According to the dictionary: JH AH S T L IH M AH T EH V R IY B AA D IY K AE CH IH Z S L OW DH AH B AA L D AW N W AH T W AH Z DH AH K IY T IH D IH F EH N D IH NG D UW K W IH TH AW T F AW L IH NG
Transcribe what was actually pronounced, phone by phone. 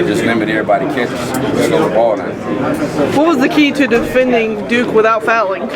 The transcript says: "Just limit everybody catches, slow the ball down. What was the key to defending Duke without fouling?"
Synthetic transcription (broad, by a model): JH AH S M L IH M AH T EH R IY B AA D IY K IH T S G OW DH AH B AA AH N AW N W AH T W AH Z DH AH K IY T IH D IH F EH N D IH NG D UW K W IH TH AW T F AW L IH NG